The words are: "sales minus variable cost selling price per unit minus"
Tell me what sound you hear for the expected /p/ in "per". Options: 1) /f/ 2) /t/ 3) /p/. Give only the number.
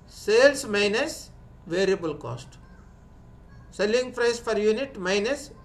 1